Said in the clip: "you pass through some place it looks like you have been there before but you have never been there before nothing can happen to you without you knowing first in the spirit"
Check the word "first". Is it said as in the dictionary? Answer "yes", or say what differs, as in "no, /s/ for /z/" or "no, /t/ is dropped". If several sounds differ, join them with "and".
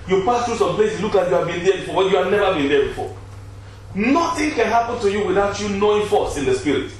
no, /t/ is dropped